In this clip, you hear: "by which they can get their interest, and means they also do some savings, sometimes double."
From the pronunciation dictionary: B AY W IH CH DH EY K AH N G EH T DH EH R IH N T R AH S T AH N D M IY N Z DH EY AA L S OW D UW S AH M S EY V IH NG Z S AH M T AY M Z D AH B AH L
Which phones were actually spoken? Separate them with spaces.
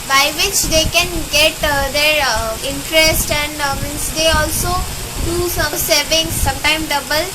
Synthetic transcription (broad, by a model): B AY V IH CH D EY K AH N G EH T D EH R IH N T R AH S T AH N D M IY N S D EY AA L S OW D UW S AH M S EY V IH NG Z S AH M T AY M D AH B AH L